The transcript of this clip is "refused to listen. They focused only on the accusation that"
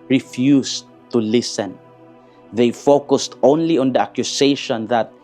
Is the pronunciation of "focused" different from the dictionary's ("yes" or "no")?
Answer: no